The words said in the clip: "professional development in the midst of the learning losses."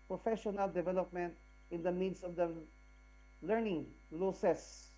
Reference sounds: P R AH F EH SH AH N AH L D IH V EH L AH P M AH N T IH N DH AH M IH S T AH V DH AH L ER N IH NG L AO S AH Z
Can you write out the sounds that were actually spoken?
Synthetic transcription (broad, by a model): P R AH F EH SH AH N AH L D IH V EH L AH P M AH N T IH N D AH M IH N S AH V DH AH L ER N IH NG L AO S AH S